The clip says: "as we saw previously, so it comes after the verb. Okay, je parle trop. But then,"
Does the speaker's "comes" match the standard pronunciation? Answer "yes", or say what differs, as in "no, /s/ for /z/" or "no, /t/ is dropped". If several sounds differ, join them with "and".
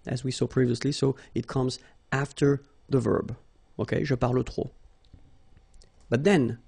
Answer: yes